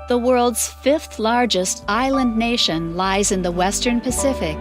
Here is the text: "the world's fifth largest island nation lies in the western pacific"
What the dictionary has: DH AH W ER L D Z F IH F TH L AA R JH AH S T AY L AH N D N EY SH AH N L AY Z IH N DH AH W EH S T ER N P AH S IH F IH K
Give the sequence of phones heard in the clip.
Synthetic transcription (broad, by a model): DH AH W ER L D Z F IH F TH L AA R JH AH S T AY L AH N N EY SH AH N L AY Z IH N DH AH W EH S T ER N P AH S IH F IH K